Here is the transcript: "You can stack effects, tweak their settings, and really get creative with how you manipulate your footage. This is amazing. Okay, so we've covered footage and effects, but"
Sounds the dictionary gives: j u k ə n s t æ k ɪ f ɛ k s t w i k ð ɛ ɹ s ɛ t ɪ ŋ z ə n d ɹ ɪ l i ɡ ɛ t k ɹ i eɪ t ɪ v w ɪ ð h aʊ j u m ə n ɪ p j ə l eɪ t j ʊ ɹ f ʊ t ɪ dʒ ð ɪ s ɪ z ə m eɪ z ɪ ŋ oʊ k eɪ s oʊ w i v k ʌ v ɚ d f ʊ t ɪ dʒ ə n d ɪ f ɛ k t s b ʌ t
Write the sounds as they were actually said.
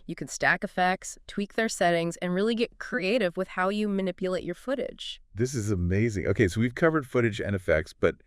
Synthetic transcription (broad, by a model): j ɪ k n s t æ k ɪ f ɛ k s t w i k ð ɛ ɹ s ɛ t ɪ ŋ z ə n ɹ ɪ l i ɡ ɛ t k ɹ i eɪ t ɪ v w ɪ ð h aʊ j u m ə n ɪ p j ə l eɪ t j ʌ ɹ f ʊ t ɪ dʒ ð ɪ s ɪ z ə m eɪ z ɪ ŋ oʊ k eɪ s oʊ w i v k ʌ v ɚ d f ʊ t ɪ dʒ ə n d ɪ f ɛ k t s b ʌ t